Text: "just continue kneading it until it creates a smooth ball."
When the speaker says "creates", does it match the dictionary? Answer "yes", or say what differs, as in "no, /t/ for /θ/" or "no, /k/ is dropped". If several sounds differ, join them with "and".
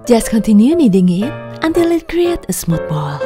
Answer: no, /s/ is dropped